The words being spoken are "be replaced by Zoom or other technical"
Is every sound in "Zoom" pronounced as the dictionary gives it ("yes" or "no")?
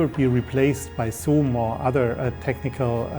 no